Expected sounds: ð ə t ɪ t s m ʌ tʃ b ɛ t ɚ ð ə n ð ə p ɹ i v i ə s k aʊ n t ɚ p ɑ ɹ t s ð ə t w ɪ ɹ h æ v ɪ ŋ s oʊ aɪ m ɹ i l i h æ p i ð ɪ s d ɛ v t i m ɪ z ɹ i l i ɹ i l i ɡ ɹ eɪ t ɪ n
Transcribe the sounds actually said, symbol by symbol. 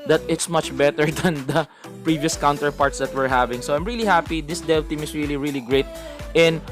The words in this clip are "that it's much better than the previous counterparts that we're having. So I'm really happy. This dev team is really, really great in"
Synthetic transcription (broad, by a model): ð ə t ɪ t s m ʌ tʃ b ɛ t ɚ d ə n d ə p ɹ i v i ə s k aʊ n t ɚ p ɑ ɹ t s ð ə t w ɪ ɹ h æ v ɪ ŋ s oʊ aɪ m ɹ i l i h æ p i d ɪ s d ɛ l t i m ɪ s ɹ i l i ɹ i l i ɡ ɹ eɪ t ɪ n